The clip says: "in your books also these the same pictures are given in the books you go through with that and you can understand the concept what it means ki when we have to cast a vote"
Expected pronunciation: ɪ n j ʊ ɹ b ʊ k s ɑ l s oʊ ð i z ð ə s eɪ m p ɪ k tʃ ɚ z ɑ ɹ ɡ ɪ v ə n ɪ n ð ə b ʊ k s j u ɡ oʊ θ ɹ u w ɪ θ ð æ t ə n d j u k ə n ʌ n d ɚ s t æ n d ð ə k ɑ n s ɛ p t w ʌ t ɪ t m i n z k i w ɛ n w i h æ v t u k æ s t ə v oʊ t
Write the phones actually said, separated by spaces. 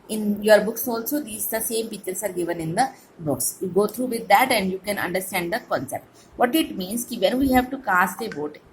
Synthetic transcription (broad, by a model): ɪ n j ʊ ɹ b ʊ k s ɑ l s oʊ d i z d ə s eɪ m p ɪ tʃ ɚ s ɑ ɹ ɡ ɪ v ə n ɪ n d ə b ʊ k s j u ɡ oʊ t ɹ u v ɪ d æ t ə n d j u k ə n ʌ n d ɚ s t æ n d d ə k ɑ n s ɛ p t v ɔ t ɪ t m i n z k i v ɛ n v i h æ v t u k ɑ s t ə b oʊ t